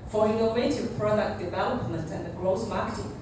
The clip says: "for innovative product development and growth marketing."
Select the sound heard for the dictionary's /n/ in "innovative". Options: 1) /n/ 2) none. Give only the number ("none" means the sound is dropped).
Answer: 2